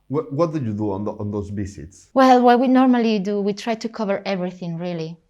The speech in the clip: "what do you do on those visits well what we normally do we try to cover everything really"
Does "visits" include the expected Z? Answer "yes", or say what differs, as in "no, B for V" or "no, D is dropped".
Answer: no, S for Z